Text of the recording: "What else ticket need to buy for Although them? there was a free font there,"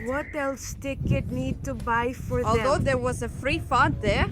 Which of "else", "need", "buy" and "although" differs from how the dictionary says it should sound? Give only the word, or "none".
although